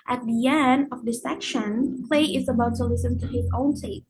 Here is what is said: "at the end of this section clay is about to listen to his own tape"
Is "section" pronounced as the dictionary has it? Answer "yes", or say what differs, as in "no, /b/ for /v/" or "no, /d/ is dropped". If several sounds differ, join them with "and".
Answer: yes